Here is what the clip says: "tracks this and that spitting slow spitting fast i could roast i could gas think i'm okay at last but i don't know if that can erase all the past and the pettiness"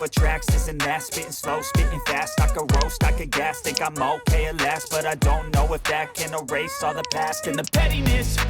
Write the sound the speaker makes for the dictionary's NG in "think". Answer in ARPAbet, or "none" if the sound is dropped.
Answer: none